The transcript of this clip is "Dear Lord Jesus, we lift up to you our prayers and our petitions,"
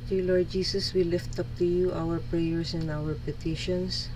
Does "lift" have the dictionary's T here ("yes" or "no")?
yes